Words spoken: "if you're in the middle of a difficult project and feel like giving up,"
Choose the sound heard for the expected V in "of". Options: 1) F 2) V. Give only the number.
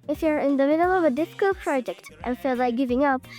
2